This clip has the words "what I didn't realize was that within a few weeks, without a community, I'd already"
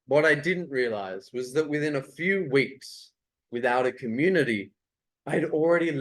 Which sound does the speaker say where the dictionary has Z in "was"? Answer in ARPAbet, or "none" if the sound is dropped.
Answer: Z